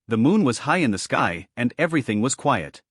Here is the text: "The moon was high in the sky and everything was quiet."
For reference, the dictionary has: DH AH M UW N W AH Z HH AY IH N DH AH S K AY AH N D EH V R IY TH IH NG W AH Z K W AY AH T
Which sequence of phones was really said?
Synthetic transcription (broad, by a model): DH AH M UW N W AH Z HH AY IH N DH AH S K AY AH N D EH V R IY TH IH NG W AH Z K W AY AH T